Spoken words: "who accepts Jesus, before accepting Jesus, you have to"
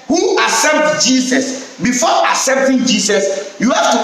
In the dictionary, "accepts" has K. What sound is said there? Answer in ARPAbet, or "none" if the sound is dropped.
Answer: none